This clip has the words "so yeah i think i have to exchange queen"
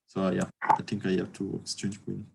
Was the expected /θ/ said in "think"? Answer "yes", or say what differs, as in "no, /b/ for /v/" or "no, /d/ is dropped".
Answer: no, /t/ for /θ/